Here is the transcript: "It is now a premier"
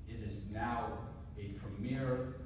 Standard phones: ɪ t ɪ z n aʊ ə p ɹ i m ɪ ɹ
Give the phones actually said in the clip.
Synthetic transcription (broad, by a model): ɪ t ɪ z n aʊ ə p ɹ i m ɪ ɹ